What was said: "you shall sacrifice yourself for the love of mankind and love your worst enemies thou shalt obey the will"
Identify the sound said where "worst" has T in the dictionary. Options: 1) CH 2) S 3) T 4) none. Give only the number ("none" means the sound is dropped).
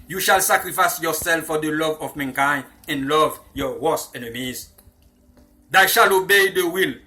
4